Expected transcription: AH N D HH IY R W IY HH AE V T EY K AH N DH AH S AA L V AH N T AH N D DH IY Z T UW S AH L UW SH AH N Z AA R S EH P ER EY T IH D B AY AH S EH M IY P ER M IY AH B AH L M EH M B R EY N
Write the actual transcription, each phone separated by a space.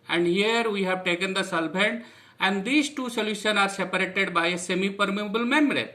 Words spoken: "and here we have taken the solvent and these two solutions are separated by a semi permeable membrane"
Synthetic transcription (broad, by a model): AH N D HH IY R W IY HH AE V T EY K AH N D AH S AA L B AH N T AH N D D IY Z T UW S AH L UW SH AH N AA R S EH P ER EY T IH D B AY AH S EH M IY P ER M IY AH B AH L M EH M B R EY